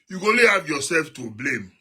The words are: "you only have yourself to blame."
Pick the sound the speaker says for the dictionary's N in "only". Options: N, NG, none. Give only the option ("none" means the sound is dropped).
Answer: none